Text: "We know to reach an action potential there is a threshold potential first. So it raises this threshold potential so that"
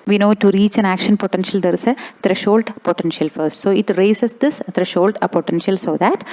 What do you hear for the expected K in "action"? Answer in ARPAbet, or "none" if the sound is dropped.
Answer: K